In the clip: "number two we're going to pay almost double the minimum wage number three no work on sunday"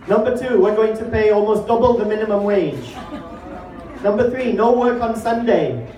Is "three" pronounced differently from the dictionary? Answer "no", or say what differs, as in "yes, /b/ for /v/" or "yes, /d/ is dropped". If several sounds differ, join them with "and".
no